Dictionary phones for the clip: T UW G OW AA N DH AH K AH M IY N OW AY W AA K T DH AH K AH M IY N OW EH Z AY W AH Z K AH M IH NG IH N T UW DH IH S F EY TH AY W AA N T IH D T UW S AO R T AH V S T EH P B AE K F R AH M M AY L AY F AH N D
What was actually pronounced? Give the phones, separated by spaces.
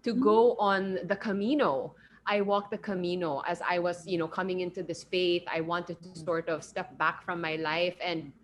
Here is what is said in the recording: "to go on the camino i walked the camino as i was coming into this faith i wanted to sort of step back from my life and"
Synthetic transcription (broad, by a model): T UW G OW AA N DH AH K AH M IY N OW AY W AA K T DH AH K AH M IY N OW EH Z AY W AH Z K AH M IH NG IH N T UW DH IH S F EY TH AY W AA N T IH D T UW S AO R T AH V S T EH P B AE K F R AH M M AY L AY F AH N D